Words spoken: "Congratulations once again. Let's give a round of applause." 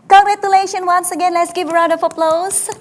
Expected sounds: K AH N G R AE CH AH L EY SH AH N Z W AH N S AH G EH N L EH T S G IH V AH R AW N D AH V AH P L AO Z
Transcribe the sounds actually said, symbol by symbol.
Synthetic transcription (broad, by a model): K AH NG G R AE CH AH L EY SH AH N W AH N S AH G EH N L EH T S G IH V AH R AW D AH F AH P L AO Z